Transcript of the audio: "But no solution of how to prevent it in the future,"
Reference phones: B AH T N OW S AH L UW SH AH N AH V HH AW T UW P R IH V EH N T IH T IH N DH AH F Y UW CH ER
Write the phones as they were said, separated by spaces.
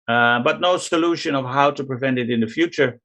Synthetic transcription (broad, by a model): B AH T N OW S AH L UW SH AH N AH V HH AW T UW P R IH V EH N T IH T IH N DH AH F Y UW CH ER